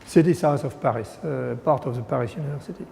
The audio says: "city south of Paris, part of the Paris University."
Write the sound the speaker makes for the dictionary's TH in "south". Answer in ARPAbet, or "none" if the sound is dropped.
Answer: S